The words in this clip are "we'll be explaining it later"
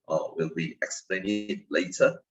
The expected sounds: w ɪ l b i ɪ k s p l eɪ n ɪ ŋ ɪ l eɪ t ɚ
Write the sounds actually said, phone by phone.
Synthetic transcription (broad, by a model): w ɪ l b i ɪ k s p l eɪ ɪ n ɪ l eɪ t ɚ